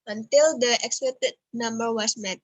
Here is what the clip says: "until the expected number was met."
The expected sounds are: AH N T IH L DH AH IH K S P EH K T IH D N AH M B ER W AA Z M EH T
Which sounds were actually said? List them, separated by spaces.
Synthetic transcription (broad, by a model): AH N T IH L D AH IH K S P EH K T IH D N AH M B ER W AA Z M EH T